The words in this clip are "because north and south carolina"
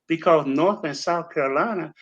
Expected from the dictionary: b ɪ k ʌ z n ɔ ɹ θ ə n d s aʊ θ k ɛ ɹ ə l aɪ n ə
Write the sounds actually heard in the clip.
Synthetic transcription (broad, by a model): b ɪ k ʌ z n ɔ ɹ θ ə n s aʊ θ k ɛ ɹ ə l aɪ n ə